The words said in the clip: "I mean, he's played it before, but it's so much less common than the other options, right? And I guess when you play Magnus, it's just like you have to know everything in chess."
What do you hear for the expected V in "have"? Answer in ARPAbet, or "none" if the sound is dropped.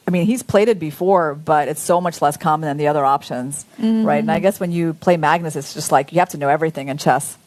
F